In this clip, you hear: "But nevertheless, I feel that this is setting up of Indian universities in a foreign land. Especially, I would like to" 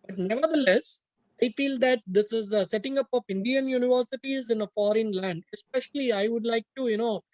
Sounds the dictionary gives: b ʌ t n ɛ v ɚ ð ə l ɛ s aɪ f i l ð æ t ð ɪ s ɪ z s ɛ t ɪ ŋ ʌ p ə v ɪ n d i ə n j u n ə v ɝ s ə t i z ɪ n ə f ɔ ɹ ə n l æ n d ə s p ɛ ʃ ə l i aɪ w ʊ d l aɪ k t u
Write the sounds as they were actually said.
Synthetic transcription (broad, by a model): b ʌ t n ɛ v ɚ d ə l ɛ s aɪ f i l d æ t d ɪ s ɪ z s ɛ t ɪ ŋ ʌ p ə p ɪ n d i ə n j u n ə v ɝ s ə t i z ɪ n ə f ɔ ɹ ə n l æ n d ə s p ɛ ʃ ə l i aɪ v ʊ d l aɪ k t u